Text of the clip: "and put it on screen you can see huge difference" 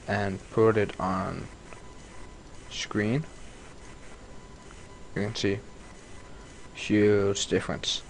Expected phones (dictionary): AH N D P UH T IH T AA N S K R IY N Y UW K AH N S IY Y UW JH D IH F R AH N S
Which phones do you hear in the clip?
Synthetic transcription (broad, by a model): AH N P UH T IH T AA N S K R IY N Y UW K AH N S IY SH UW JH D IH F R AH N S